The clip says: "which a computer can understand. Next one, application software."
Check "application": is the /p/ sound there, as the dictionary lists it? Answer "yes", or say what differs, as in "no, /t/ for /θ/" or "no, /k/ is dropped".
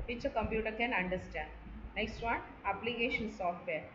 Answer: yes